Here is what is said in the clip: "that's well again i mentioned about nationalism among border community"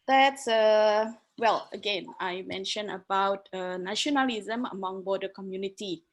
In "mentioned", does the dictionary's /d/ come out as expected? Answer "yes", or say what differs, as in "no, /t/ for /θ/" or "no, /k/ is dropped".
no, /d/ is dropped